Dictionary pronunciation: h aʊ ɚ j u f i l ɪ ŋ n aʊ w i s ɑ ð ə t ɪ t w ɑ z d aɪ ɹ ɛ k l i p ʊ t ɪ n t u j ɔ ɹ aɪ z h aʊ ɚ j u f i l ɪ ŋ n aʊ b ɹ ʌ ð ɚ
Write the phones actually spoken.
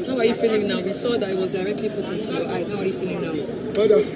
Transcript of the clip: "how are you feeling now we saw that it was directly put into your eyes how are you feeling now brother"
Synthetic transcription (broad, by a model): h aʊ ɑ j u f i l ɪ ŋ n aʊ w i s ɑ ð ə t ɪ t w ɑ z d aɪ ɹ ɛ k l i f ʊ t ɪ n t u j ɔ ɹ aɪ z h aʊ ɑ j u f i l ɪ ŋ n aʊ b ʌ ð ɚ